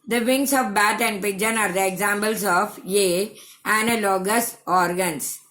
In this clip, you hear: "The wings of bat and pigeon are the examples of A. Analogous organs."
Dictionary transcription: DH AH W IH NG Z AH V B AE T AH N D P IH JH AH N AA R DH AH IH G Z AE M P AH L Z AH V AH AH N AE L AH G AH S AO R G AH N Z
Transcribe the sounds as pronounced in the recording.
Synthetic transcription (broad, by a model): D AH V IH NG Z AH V B AE T AH N D P IH JH AH N AA R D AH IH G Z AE M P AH L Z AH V AH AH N L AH G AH S AO R G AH N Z